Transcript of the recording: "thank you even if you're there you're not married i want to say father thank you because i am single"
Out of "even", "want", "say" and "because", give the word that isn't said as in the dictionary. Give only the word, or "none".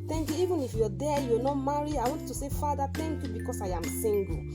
because